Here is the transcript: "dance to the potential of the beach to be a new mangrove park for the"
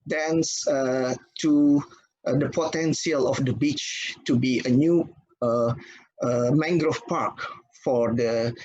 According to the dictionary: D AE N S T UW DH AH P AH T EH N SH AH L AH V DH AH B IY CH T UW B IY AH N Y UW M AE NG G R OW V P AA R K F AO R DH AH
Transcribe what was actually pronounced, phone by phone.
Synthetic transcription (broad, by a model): D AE N S T UW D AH P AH T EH N S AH L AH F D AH B IY CH T UW B IY AH N Y UW M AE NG G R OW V P AA R K F AO R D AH